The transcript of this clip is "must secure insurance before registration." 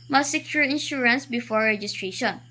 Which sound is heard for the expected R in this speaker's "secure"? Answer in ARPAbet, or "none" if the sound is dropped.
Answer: L